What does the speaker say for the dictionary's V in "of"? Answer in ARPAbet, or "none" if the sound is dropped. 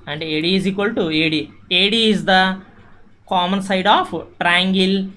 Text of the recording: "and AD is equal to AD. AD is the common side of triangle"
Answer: P